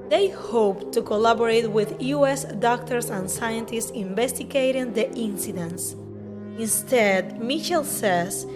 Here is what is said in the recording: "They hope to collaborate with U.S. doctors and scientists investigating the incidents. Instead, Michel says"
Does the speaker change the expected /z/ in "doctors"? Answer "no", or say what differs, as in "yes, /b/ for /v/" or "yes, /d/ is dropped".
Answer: yes, /s/ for /z/